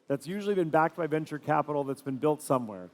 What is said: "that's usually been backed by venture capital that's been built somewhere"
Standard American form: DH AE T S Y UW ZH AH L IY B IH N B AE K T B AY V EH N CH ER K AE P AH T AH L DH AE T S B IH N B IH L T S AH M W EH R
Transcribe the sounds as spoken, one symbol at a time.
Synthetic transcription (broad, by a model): DH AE T S Y UW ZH L IY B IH N B AE K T B AY V EH N CH ER K AE P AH T L DH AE T S B IH N B IH L T S AH M W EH R